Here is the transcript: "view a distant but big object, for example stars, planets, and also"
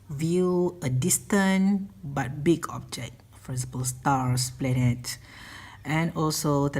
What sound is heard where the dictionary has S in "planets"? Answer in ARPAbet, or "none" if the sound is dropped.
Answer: none